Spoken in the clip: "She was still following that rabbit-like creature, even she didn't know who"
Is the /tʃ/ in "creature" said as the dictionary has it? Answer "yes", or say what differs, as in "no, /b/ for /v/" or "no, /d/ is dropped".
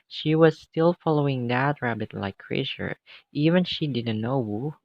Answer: no, /ʃ/ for /tʃ/